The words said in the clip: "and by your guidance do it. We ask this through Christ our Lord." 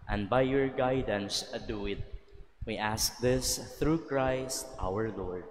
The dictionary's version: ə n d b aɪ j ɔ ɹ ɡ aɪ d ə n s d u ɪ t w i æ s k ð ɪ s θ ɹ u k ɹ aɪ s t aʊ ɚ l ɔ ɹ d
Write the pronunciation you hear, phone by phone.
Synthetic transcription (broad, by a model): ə n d b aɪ j ɔ ɹ ɡ aɪ d ə n s d u ɪ t w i æ s k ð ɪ s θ ɹ u k ɹ aɪ s t aʊ ɚ l ɔ ɹ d